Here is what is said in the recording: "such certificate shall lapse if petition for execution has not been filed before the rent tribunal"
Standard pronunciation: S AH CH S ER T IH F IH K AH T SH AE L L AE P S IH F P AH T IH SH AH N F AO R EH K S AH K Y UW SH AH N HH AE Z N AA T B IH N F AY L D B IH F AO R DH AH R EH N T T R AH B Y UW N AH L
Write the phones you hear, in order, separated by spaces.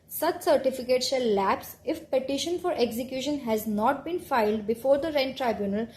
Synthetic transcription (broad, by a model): S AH CH S ER T IH F IH K AH T S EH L L AE P S IH F P AH T IH SH AH N F AO R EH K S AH K Y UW SH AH N HH AE Z N AA T B IH N F AY L D B IH F AO R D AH R EH N T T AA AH B Y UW N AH L